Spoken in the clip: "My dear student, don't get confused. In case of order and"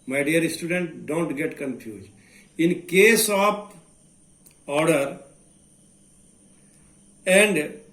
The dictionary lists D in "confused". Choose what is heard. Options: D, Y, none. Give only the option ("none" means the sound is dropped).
none